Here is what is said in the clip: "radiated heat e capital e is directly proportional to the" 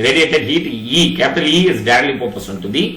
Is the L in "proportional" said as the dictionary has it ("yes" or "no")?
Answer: no